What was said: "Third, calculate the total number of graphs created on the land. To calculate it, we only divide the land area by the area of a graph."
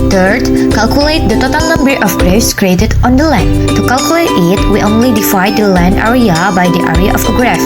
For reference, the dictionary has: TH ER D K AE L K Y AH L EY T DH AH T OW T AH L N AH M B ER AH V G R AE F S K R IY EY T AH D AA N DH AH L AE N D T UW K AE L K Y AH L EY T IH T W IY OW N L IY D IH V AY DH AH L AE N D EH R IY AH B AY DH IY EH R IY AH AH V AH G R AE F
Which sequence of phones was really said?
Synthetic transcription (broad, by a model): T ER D K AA L K Y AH L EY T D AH T OW T AH L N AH M B ER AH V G R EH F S K R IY EY T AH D AA N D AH L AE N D T UW K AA L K Y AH L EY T IH T W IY OW N L IY D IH F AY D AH L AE N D EH R IY AH B AY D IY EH R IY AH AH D AH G R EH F